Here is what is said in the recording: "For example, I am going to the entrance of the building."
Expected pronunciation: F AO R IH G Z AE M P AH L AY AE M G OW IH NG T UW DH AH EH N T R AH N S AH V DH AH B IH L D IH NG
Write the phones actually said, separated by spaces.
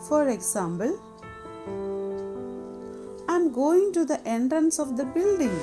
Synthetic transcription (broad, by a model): F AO R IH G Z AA M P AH L AY M G OW IH NG T UW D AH EH N T R AH N S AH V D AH B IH L D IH NG